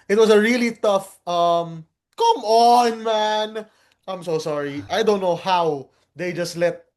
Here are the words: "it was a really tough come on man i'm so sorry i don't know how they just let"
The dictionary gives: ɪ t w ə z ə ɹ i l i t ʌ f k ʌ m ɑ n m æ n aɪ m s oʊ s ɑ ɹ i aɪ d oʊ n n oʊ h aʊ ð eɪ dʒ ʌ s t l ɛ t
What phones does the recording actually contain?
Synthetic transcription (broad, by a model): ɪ t w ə s ə ɹ i l i t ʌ f k ʌ m ɑ n m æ n aɪ m s oʊ s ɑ ɹ i aɪ d oʊ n n oʊ h aʊ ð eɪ dʒ ʌ s t l ɛ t